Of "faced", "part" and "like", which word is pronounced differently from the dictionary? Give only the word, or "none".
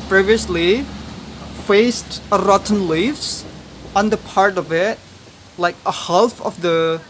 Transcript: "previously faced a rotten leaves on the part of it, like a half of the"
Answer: none